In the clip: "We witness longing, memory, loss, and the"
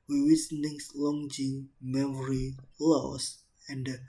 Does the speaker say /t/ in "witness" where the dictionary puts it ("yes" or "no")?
no